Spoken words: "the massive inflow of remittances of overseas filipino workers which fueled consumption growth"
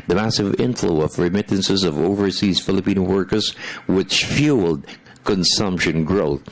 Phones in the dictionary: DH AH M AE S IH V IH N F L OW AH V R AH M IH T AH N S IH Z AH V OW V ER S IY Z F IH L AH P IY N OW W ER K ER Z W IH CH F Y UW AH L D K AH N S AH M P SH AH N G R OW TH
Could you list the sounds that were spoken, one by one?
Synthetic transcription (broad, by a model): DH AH M AE S IH V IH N F L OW AH V R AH M IH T N S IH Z AH V OW V ER S IY Z F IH L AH P IY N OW W ER K ER Z W IH CH F Y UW L D K AH N S AH M P SH AH N G R OW TH